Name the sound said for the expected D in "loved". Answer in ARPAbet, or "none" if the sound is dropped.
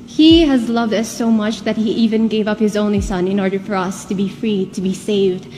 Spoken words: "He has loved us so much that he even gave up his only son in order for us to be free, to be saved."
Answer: D